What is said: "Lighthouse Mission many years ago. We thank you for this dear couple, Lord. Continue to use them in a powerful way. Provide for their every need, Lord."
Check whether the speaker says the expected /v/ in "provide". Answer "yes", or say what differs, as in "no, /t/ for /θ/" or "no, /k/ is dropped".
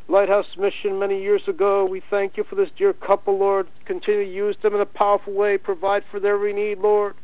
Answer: yes